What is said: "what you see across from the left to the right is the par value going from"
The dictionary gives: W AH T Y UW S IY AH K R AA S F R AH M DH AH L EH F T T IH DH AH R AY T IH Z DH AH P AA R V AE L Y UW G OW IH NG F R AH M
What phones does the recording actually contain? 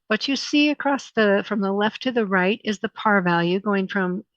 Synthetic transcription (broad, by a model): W AH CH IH S IY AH K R AA S F R AH M DH AH L EH F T T IH DH AH R AY T IH Z DH AH P AA R V AE L Y UW G OW IH NG F R AH M